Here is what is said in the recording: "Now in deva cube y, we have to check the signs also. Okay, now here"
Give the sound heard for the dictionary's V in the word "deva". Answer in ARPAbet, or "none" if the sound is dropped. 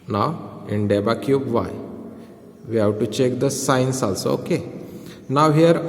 B